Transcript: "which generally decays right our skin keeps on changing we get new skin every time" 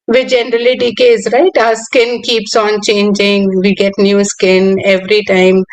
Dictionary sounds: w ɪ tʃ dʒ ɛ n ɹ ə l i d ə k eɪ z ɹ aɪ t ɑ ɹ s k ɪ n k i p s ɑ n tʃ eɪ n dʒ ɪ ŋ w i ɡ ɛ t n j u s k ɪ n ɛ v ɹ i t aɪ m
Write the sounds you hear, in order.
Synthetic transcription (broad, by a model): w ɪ dʒ ɛ n ɹ ə l i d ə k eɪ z ɹ aɪ t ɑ s k ɪ n k i p s ɑ n tʃ eɪ n dʒ ɪ ŋ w i ɡ ɛ t n j u s k ɪ n ɛ v ɹ i t aɪ m